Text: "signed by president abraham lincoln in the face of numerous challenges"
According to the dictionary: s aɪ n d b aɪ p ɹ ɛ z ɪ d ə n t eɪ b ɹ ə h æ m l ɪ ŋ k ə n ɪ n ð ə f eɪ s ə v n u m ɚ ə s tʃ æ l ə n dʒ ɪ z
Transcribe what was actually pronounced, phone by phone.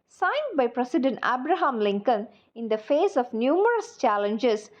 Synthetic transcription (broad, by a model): s aɪ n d b aɪ p ɹ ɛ s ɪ d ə n t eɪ b ɹ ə h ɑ m l ɪ ŋ k ə n ɪ n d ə f eɪ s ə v n u m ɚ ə s tʃ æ l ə n dʒ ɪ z